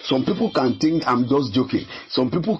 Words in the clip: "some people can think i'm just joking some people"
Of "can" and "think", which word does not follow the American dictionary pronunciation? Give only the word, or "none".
think